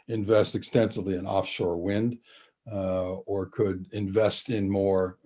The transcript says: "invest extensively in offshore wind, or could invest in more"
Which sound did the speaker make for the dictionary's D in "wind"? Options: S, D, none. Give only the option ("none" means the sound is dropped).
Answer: D